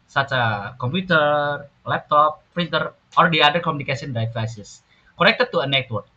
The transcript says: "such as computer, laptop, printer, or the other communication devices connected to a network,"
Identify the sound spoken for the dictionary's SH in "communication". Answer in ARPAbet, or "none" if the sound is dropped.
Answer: S